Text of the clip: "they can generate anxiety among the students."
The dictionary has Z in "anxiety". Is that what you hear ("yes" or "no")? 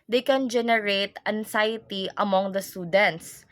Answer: no